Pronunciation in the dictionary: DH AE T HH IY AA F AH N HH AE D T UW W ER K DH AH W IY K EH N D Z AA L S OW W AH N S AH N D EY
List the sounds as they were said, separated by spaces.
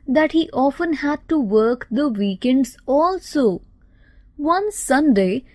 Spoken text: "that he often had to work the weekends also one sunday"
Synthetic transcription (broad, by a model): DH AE T HH IY AA F AH N HH AE D T UW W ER K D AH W IY K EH N D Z AA L S OW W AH N S AH N D EY